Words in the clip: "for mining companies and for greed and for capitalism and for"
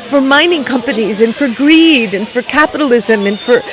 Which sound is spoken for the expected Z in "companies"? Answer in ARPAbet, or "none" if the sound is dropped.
Z